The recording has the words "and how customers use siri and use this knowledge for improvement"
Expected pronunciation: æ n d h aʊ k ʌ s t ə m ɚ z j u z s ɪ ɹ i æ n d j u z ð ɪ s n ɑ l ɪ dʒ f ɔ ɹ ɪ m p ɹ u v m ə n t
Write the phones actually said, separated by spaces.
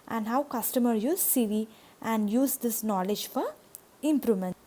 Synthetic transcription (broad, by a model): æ n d h aʊ k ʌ s t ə m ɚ j u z s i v i æ n d j u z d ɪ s n ɑ l ɪ dʒ f ɔ ɹ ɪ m p ɹ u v m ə n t